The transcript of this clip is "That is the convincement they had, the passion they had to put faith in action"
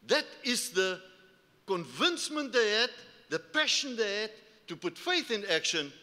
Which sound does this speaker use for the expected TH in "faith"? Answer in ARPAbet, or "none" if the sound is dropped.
TH